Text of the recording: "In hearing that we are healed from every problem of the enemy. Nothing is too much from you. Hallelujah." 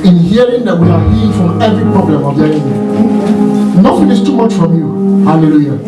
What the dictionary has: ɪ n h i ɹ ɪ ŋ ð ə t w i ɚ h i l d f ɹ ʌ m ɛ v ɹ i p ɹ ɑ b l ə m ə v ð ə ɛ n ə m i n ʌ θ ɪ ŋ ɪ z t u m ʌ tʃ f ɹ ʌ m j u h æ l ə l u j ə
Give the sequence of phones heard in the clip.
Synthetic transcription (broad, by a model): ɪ n h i ɹ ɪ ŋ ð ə t w i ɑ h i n f ɹ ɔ m ɛ v ɹ i p ɹ ɑ b l ə m ə v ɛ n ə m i n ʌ f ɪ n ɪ s t u m ʌ tʃ f ɹ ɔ m j u h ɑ l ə l u j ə